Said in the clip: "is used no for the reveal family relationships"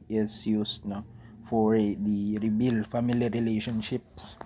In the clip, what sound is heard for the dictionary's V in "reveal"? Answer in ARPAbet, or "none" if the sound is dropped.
B